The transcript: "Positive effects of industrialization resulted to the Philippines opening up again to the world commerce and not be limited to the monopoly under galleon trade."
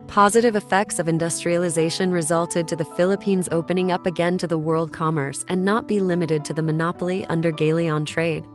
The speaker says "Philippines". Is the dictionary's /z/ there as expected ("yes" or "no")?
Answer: yes